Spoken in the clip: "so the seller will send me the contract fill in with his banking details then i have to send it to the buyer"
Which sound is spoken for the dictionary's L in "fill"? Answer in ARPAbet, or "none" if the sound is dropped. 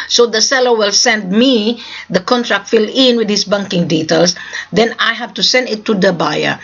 L